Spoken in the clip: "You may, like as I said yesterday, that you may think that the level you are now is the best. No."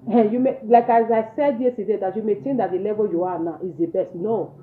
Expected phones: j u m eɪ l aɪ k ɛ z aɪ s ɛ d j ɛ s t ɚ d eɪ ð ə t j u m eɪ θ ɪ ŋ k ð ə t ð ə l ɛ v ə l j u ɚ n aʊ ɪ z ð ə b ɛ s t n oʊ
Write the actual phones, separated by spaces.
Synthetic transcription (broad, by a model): j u m eɪ l aɪ k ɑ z aɪ s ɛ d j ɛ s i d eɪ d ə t j u m eɪ t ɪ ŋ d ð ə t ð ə l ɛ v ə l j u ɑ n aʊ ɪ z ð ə b ɛ s t n oʊ